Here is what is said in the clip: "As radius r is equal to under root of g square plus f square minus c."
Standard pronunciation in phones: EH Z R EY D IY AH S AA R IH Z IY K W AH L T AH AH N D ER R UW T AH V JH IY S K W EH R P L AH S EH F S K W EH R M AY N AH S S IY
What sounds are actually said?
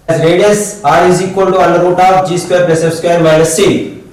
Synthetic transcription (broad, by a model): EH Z R EY D IY AH S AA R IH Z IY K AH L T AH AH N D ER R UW T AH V JH IY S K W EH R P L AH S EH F S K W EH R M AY L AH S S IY